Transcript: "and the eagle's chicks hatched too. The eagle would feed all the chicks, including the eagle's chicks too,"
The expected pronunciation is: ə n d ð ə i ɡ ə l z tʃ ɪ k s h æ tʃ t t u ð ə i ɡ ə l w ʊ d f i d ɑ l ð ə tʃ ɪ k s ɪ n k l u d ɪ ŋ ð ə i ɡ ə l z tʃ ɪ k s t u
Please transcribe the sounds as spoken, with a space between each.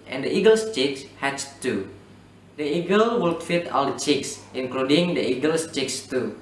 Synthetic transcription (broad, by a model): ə n d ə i ɡ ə l s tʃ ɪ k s h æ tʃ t t u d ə i ɡ ə l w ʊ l f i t ɑ l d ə tʃ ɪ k s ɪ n k l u d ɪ ŋ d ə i ɡ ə l s tʃ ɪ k s t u